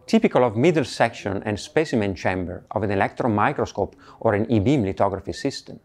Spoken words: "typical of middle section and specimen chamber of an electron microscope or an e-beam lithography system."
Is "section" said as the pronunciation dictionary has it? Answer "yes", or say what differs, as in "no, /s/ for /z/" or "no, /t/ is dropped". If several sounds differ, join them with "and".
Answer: yes